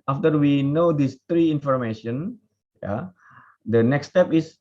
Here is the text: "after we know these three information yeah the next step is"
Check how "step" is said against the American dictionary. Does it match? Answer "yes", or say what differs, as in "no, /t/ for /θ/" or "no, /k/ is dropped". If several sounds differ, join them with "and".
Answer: yes